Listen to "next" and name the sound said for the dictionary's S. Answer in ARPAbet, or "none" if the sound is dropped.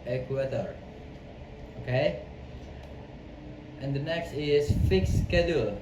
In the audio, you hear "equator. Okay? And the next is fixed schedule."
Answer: S